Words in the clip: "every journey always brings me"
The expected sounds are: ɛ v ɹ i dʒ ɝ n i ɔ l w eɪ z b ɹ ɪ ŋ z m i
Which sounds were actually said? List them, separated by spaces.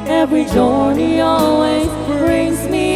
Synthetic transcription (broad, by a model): ɛ v ɹ i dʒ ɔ n i ɔ l w eɪ z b ɹ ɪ ŋ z m i